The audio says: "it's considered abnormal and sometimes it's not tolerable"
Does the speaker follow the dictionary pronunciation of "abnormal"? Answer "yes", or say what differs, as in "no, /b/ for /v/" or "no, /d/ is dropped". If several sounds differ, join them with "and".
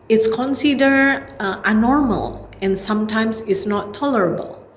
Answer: no, /b/ is dropped